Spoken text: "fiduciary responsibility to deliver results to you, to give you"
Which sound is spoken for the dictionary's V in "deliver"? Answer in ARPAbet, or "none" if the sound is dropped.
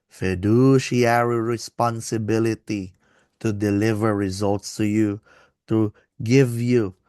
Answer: V